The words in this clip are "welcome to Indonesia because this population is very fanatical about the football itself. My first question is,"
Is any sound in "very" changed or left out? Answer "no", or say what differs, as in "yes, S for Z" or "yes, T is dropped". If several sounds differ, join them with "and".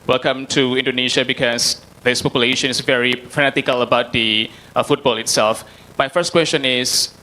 no